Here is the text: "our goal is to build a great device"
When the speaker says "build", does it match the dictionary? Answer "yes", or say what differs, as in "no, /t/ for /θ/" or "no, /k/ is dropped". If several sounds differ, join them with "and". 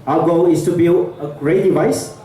no, /d/ is dropped